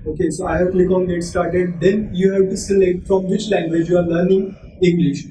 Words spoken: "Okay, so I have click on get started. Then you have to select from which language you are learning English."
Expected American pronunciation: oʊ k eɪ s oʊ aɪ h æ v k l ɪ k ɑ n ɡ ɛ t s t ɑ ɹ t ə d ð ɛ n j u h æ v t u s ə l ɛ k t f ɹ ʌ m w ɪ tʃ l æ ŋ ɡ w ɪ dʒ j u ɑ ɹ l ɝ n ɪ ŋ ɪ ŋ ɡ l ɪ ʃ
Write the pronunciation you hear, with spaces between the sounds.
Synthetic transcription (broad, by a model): oʊ k eɪ s oʊ aɪ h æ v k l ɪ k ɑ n ɡ ɛ t s t ɑ ɹ t ə d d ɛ n j u h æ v t u s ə l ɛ t f ɹ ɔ m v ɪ tʃ l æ ŋ ɡ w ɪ dʒ j u ɑ ɹ l ɝ n ɪ ŋ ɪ ŋ ɡ l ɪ ʃ